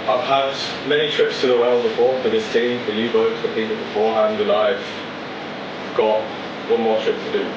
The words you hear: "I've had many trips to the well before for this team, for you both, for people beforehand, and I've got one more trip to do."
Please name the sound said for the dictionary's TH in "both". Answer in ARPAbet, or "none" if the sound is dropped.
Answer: T